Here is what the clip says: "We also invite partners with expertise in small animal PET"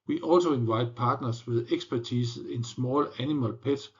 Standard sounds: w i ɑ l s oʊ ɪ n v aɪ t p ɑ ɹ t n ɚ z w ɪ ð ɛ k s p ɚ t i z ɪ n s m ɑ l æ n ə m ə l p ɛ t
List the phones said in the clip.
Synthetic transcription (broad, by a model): w i ɑ l s oʊ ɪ n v aɪ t p ɑ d n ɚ s w ɪ ð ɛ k s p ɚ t i s ɪ n s m ɑ l æ n ə m ə l p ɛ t